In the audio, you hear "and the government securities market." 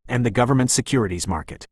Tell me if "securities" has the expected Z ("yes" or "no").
yes